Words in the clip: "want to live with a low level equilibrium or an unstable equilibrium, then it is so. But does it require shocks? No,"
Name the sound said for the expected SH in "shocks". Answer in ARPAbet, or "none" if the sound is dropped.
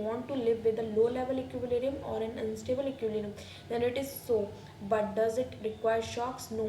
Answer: SH